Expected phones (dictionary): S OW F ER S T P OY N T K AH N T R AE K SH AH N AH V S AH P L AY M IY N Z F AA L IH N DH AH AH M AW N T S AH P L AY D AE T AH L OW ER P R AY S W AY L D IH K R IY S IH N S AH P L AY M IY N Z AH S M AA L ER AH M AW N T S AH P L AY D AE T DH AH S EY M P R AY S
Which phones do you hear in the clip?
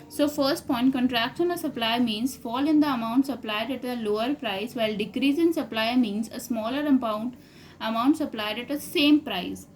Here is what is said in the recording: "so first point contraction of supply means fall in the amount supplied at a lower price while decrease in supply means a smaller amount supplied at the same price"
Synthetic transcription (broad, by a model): S OW F ER S T P OY N T K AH N T R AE K S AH N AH S AH P L AY M IY N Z F AA L IH N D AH AH M AW N T S AH P L AY D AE T AH L OW ER P R AY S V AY L D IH K R IY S IH N S AH P L AY M IY N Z AH S M AA L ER AH M AW N T S AH P L AY D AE T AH S EY M P R AY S